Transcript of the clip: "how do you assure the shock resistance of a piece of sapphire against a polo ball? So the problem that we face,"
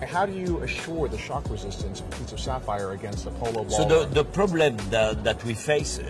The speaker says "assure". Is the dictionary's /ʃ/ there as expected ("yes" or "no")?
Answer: yes